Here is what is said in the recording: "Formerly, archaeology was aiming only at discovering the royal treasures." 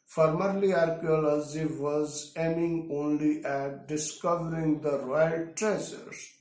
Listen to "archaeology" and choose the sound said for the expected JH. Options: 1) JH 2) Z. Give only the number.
2